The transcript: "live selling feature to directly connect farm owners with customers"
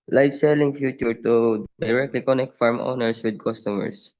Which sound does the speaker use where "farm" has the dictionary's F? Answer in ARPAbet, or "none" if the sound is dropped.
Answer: F